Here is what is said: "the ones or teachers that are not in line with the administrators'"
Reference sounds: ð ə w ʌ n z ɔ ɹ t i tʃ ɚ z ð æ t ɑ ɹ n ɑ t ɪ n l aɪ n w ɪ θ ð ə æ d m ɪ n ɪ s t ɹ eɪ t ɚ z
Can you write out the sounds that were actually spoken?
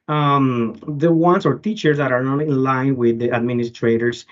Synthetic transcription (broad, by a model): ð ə w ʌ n s ɔ ɹ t i tʃ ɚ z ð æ t ɑ ɹ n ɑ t ɪ n l aɪ n w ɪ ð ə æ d m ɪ n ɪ s t ɹ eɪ t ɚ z